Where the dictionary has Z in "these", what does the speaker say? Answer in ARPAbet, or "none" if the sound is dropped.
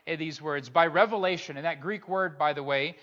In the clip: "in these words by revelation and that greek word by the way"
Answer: Z